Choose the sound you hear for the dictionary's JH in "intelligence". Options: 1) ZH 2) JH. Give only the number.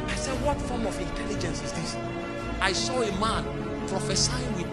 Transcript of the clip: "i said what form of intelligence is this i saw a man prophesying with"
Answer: 2